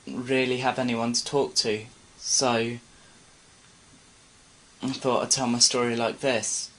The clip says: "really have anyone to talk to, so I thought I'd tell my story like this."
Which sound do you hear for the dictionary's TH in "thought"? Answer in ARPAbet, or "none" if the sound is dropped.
TH